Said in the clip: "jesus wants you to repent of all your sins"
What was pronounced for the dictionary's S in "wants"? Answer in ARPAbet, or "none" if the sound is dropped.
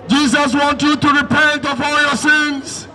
none